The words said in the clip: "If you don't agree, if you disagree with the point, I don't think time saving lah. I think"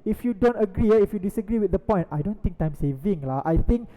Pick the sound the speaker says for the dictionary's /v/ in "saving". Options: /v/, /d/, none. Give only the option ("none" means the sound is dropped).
/v/